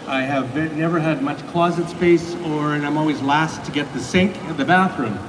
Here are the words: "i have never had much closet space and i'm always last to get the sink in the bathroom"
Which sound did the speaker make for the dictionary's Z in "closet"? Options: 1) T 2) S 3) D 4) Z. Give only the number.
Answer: 4